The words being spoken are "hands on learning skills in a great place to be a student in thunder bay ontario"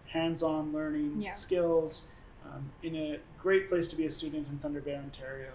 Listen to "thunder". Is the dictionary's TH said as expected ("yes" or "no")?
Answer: yes